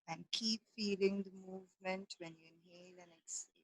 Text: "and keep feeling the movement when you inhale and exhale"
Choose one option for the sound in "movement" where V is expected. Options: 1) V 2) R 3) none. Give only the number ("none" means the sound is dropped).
1